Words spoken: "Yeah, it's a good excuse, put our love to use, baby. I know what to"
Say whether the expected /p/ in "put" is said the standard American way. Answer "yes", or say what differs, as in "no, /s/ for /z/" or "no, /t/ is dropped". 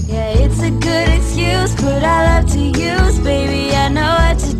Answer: no, /b/ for /p/